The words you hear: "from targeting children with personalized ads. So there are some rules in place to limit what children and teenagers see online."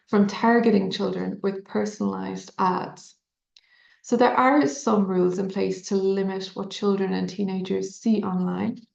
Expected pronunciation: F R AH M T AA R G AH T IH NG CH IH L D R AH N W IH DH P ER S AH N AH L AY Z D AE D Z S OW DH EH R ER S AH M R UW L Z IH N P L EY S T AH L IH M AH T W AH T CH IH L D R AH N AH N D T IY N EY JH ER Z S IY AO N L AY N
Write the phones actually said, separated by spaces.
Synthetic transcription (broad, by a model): F R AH M T AA R G AH T IH NG CH IH L D R AH N W IH DH P ER S AH N AH L AY Z D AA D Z S OW DH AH R ER S AH M R UW L Z IH N P L EY S T AH L IH M AH T W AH T CH IH L D R AH N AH N T IY N EY JH ER Z S IY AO N L AY N